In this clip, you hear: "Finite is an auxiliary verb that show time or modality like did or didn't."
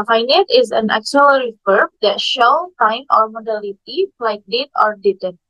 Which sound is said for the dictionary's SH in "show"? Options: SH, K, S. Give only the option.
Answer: SH